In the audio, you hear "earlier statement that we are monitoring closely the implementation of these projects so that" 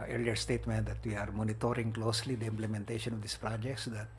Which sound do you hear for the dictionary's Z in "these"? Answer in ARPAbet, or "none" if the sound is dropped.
S